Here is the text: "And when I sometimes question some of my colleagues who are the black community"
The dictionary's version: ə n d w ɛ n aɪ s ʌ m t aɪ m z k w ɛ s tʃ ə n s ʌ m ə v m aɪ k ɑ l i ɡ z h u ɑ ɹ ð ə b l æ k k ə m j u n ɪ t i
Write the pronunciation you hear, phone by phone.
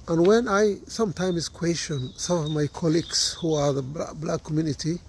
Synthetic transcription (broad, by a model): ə n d w ɛ n aɪ s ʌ m t aɪ m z k w ɛ s tʃ ə n s ʌ m ə v m aɪ k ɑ l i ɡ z h u ɑ ɹ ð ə b l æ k k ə m j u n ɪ t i